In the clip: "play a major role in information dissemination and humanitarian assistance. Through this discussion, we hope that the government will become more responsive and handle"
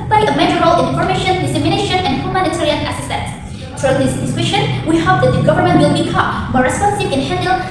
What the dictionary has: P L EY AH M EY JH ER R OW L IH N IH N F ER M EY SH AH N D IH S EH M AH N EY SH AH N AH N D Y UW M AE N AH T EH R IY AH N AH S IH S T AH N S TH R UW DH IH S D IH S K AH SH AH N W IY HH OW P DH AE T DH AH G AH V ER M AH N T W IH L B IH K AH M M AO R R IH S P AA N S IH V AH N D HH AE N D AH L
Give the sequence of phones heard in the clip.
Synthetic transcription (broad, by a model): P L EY AH M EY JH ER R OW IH L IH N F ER M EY SH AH N D IH S EH M AH N EY SH AH N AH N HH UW M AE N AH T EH R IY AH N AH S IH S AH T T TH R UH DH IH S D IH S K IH SH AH N W IY HH OW P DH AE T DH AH G AH V ER M AH N T W IH L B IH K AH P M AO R R IH S P AA N S IH V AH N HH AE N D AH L